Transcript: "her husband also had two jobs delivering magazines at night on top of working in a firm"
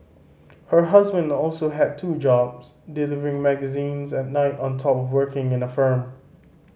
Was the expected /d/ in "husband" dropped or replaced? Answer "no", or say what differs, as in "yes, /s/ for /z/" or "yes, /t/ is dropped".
no